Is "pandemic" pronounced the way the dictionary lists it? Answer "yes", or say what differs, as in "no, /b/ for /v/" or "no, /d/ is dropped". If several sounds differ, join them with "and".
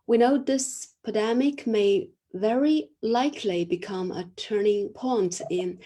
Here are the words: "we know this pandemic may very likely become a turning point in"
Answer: no, /n/ is dropped